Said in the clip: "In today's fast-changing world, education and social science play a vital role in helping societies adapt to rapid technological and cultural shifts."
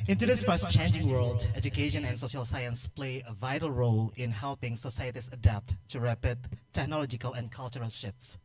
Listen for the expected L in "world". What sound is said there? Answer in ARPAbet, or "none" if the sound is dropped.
L